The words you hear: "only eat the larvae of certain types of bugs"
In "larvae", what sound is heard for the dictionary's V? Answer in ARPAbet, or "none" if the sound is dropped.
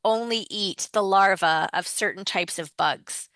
V